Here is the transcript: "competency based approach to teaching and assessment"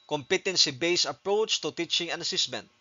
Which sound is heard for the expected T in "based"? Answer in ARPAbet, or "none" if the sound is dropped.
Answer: none